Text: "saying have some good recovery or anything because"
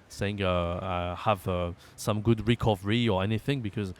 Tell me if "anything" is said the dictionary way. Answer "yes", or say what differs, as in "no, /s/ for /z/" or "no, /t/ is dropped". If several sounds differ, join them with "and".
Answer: yes